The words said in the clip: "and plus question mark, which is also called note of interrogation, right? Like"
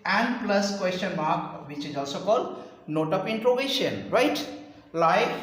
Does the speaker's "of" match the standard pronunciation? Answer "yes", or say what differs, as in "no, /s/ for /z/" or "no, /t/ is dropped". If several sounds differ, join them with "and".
no, /p/ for /v/